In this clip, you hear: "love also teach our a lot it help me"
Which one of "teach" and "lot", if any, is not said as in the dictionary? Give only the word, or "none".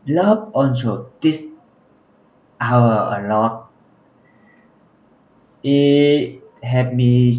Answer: teach